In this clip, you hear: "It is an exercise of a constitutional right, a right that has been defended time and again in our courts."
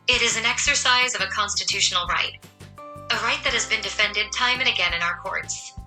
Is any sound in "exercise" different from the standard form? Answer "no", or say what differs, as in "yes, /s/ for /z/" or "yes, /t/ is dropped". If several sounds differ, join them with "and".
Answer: no